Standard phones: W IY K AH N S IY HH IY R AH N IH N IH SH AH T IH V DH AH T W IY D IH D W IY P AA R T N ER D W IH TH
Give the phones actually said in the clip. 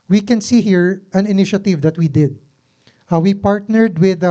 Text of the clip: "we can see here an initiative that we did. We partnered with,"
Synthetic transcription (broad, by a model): W IY K AH N S IY HH IY R AH N IH N IH SH AH T IH V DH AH T W IY D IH D W IY P AA R T N ER D W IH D